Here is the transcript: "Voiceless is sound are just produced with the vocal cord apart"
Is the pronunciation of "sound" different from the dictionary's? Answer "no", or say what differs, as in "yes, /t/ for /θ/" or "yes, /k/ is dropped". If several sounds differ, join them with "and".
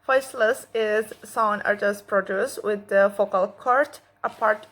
yes, /d/ is dropped